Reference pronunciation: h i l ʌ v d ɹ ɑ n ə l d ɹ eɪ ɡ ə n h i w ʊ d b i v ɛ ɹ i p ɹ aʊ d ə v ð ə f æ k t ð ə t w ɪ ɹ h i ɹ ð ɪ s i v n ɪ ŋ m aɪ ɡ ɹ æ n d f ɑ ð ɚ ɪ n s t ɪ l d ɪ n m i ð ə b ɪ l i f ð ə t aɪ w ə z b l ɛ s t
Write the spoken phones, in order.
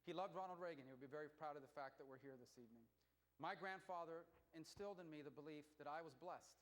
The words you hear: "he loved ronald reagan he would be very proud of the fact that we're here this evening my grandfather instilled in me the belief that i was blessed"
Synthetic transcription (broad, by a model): h i l ʌ v d ɹ ɑ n l d ɹ eɪ ɡ ə n h i w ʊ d b i v ɛ ɹ i p ɹ aʊ d ə v ð ə f æ k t ð ə t w ɪ ɹ h i ɹ ð ɪ s i v n ɪ ŋ m aɪ ɡ ɹ æ n d f ɑ ð ɚ ɪ n s t ɪ l d ɪ n m i ð ə b ɪ l i f ð ə t aɪ w ə z b l ɛ s t